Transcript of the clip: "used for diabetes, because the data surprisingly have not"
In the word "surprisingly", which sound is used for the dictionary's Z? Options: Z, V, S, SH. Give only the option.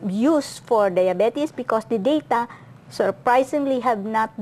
S